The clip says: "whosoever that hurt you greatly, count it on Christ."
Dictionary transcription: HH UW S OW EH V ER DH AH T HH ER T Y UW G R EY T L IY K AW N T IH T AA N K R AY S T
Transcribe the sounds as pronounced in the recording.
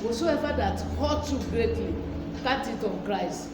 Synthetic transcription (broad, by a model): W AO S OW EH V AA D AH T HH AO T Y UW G R EY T L IY K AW T IH T AA N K R AY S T